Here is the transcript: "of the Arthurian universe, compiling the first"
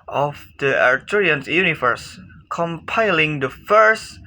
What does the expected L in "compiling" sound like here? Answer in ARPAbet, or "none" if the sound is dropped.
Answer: L